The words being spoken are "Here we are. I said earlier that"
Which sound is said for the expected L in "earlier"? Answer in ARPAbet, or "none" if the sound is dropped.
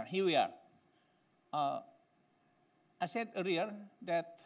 none